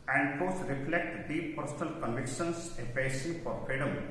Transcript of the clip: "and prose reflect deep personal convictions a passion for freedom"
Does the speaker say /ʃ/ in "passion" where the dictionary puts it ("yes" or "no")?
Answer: no